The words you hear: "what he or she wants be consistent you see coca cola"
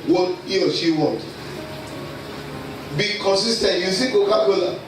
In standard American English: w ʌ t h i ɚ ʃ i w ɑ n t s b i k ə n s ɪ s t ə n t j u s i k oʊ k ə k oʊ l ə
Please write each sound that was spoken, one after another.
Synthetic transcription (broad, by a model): w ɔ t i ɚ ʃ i w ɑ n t b i k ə n s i s t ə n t j u s i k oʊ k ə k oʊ l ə